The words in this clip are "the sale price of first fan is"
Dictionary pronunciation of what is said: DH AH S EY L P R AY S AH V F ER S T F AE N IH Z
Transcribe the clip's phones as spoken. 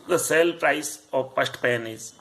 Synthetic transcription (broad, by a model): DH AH S EY L P R AY S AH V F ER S T P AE N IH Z